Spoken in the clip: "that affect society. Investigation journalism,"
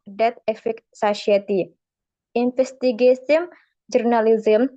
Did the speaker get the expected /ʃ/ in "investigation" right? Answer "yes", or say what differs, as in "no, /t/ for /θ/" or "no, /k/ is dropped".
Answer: no, /s/ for /ʃ/